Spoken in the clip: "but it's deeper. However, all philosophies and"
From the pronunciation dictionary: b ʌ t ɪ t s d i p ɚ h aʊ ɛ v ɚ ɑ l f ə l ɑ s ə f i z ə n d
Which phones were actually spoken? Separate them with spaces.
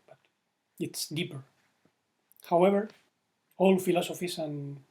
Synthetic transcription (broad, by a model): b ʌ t ɪ t s d i p ɚ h aʊ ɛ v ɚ ɑ l f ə l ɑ s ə f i s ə n